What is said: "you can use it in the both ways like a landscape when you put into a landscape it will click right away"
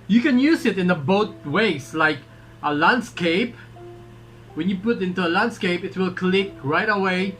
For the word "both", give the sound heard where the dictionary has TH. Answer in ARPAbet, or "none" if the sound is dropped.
T